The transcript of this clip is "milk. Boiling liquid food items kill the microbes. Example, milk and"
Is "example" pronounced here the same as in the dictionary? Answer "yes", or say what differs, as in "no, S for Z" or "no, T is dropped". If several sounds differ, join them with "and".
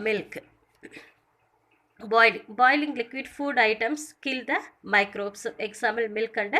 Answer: no, P is dropped